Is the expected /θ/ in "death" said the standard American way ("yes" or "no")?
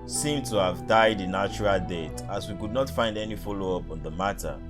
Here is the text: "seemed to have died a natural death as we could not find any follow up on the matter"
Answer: no